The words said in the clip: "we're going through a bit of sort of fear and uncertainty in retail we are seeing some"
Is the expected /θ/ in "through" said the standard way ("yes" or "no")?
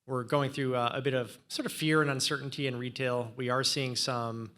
yes